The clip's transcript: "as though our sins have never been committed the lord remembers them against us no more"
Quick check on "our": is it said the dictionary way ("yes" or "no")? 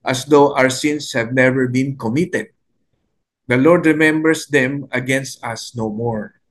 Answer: yes